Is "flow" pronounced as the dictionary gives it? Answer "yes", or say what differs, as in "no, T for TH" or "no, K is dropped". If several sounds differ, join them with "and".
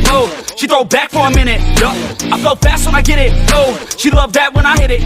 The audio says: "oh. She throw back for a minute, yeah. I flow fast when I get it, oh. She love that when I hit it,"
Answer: no, L is dropped